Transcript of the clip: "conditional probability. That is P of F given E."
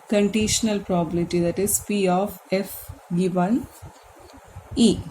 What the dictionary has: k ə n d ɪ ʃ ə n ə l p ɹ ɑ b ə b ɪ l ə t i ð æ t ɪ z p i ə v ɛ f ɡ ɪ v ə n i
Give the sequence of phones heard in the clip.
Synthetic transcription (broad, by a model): k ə n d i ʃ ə n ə l p ɹ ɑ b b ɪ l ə t i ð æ t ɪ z p i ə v ɛ f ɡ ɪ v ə n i